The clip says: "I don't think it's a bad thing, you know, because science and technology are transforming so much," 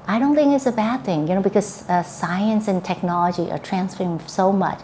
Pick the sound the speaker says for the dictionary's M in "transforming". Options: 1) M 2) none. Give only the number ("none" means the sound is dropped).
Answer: 2